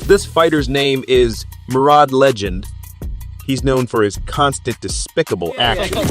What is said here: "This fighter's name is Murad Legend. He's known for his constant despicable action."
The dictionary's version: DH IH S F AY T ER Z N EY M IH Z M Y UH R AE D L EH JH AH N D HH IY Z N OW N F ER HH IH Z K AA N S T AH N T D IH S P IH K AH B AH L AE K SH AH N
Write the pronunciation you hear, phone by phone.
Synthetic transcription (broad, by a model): DH IH S F AY T ER Z N EY M IH Z M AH R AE D L EH JH AH N D HH IY Z N OW N F ER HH IH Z K AA N S T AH N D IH S P IH K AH B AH L AE K SH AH N